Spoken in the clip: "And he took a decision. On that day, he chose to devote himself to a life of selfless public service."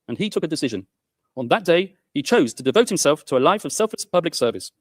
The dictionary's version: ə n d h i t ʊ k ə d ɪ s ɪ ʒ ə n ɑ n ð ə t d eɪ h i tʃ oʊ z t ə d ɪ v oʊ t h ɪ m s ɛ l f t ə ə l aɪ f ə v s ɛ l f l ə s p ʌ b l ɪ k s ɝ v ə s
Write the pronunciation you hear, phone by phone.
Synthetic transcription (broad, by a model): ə n i t ʊ k ə d ɪ s ɪ ʒ ə n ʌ n ð ə t d eɪ i tʃ oʊ z t ə d ɪ v oʊ t h ɪ m s ɛ l f t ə ə l aɪ f ə v s ɛ l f l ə s p ʌ b l ɪ k s ɝ v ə s